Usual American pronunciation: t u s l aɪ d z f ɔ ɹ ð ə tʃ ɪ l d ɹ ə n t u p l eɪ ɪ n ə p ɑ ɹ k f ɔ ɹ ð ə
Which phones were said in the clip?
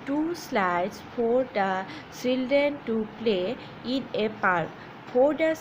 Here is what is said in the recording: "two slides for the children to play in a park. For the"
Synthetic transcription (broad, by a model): t u s l aɪ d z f ɔ ɹ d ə s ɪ l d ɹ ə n t u p l eɪ ɪ n ə p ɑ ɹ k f ɔ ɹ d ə